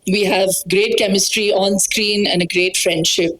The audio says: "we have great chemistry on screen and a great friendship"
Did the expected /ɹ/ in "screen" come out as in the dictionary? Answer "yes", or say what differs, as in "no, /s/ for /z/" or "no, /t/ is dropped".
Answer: yes